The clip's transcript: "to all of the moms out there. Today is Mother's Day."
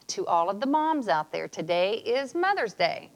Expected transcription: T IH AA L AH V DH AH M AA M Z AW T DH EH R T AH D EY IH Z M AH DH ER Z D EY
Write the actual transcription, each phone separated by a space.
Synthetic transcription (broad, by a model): T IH AA L AH V DH AH M AA M Z AW T DH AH R T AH D EY IH Z M AH DH ER Z D EY